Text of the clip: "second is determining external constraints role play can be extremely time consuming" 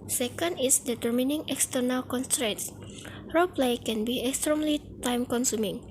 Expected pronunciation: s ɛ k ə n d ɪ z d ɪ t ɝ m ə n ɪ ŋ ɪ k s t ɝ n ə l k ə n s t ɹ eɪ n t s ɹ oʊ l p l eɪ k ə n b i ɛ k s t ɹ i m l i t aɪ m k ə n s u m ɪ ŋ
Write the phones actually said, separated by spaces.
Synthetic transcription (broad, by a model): s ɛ k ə n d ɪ s d ɪ t ɝ m ə n ɪ ŋ ɪ k s t ɝ n ə l k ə n s t ɹ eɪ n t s ɹ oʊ p l eɪ k ə n b i ɛ k s t ɹ i m l i t aɪ m k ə n s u m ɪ ŋ